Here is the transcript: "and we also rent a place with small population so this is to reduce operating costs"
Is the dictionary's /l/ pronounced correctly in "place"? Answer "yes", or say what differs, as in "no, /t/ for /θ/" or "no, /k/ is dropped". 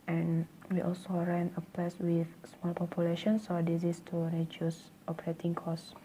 no, /l/ is dropped